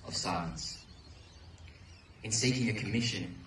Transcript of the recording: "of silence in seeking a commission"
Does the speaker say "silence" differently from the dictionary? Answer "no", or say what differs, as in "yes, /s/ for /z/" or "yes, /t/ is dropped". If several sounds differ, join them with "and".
yes, /l/ is dropped